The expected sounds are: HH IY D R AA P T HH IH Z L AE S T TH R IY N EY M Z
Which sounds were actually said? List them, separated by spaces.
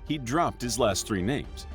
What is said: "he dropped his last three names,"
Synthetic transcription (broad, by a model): HH IY D R AA P T HH IH Z L AE S T TH R IY N EY M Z